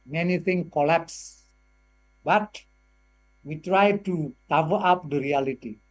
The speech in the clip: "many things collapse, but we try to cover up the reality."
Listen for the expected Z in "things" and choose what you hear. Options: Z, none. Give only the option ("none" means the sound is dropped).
none